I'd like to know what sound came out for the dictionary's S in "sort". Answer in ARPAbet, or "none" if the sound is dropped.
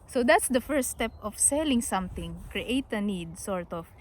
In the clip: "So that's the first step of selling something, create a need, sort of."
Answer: S